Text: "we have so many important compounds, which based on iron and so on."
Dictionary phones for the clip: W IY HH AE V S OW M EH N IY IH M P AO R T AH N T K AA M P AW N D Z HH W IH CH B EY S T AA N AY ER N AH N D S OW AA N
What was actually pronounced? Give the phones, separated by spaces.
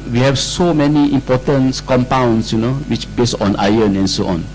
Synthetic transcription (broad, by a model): W IY HH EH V S OW M EH N IY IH M P AO T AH N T K AA M P AW N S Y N W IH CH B EY S AA N AY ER N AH N S OW AA N